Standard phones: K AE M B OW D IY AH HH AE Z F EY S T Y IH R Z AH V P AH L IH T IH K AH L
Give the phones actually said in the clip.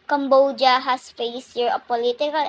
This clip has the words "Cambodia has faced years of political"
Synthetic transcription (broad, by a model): K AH M B OW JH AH HH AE S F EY S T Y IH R AH P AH L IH T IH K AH L